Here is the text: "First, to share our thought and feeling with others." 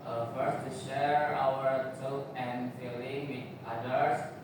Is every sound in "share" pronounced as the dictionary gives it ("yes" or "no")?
yes